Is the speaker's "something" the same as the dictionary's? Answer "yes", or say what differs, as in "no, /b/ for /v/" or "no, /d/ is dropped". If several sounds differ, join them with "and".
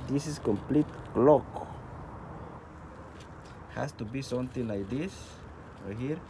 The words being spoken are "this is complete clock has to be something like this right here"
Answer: no, /t/ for /θ/